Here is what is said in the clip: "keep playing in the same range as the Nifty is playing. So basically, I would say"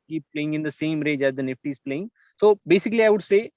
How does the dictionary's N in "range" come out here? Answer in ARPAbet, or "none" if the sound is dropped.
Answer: none